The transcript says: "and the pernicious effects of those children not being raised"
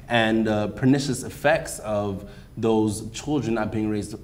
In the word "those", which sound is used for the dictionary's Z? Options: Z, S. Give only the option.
Z